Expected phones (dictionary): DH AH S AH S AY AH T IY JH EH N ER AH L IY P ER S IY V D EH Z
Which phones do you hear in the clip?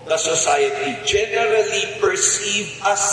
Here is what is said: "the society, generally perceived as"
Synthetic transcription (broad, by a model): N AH S AH S AY AH T IY JH EH N ER AH L IY P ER S IY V AH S